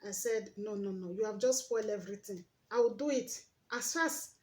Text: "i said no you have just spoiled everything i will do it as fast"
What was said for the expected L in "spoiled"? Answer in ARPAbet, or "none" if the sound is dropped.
L